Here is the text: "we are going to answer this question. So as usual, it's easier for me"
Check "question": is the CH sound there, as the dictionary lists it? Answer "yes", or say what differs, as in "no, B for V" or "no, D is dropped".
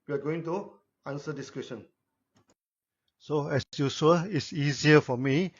no, SH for CH